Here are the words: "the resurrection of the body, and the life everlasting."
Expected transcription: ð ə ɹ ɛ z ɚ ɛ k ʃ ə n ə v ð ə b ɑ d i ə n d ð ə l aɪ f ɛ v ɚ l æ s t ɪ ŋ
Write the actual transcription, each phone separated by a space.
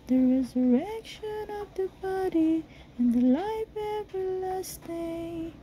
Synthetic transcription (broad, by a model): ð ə ɹ ɛ z ɚ ɛ k ʃ ə n ə v ð ə b ɑ d i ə n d ð ə l aɪ f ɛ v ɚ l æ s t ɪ